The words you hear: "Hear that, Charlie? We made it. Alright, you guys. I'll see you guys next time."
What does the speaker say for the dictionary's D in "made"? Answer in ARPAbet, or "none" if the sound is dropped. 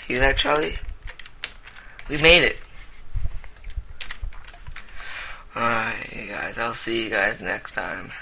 D